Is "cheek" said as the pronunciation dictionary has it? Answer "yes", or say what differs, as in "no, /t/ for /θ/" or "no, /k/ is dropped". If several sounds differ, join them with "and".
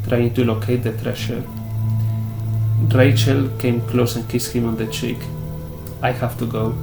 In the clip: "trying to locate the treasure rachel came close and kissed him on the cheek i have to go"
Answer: yes